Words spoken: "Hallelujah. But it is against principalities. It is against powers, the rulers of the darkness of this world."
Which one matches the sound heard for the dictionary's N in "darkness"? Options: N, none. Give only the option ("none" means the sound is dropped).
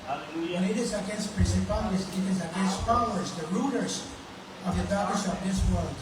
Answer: none